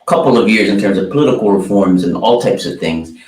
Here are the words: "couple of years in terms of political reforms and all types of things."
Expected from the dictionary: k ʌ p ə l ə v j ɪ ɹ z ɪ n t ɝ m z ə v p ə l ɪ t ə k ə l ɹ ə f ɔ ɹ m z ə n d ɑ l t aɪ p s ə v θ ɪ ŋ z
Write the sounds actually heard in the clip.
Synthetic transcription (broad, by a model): k ʌ p l ə v j ɪ ɹ z ɪ n t ɝ m z ə v p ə l ɪ t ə k l ɹ ə f ɔ ɹ m z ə n ɑ l t aɪ p s ə v θ ɪ ŋ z